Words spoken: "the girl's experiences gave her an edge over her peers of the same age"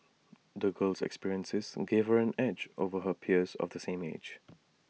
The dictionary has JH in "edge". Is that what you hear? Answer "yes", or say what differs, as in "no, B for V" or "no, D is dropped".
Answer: yes